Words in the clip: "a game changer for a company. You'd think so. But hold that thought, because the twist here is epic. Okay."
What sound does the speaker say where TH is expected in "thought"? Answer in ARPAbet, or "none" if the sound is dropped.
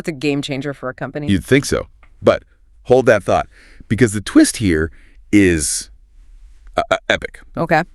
TH